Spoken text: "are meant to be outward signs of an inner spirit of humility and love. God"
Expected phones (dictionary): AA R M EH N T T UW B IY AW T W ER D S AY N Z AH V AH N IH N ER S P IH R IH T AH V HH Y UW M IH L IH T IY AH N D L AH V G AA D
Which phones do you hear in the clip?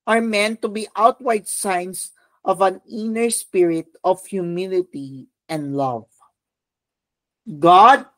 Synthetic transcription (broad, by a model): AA R M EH N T T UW B IY AW T W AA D S AY N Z AH V AH N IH N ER S P IH R IH T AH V HH Y UW M IH L IH T IY AH N D L AH V G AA D